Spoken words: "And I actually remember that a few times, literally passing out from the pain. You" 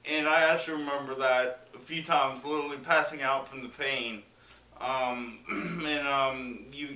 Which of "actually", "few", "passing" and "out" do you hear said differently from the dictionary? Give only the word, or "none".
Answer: actually